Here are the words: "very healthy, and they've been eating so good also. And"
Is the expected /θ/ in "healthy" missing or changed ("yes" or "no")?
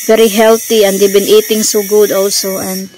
yes